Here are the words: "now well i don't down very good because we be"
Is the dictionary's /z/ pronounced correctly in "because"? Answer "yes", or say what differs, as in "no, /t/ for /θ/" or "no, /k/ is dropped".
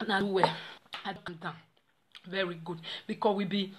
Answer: no, /z/ is dropped